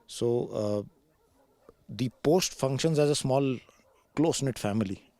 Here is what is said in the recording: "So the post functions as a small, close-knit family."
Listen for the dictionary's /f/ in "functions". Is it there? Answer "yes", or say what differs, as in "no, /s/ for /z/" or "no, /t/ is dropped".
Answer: yes